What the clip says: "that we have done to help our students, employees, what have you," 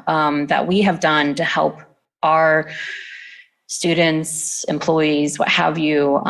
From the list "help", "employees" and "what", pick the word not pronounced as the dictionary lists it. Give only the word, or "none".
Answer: none